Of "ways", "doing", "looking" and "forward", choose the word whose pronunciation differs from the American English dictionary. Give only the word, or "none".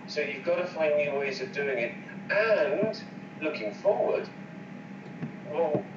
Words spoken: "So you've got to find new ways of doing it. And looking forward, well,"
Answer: none